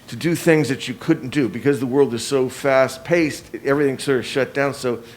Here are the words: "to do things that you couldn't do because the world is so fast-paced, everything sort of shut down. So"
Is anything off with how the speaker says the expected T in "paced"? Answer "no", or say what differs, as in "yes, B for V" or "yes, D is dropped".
no